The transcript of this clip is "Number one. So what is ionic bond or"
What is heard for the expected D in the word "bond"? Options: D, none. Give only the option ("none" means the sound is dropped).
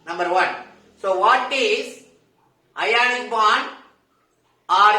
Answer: none